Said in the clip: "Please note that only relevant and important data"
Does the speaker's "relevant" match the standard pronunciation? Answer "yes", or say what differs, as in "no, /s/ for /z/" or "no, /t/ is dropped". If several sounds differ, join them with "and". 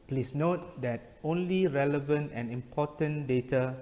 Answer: yes